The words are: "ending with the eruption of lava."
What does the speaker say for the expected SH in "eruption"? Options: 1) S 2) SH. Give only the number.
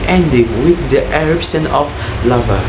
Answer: 1